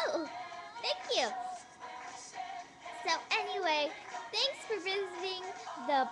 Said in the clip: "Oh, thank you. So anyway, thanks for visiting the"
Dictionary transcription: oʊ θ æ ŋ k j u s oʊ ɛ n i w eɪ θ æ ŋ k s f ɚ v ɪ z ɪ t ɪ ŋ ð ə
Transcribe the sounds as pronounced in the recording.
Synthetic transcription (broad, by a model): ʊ θ æ ŋ k j u s oʊ ɛ n i w eɪ θ æ ŋ k s f ɚ v ɪ z ɪ t ɪ ŋ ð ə